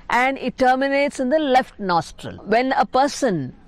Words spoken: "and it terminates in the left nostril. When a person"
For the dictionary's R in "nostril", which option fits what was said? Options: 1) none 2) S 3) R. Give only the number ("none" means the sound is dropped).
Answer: 3